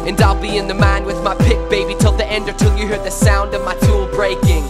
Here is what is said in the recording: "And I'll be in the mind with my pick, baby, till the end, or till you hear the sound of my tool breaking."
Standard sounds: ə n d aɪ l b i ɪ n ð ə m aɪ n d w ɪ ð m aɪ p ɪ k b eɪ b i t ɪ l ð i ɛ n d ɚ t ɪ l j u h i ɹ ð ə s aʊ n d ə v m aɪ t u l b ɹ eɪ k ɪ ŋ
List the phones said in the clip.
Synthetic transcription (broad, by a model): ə n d aɪ l b i ɪ n ð ə m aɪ n w ɪ ð m aɪ p ɪ k b eɪ b i t ɪ l ð i ɛ n d ɚ t ɪ l j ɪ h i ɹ ð ə s aʊ n d ə v m aɪ t u l b ɹ eɪ k ɪ ŋ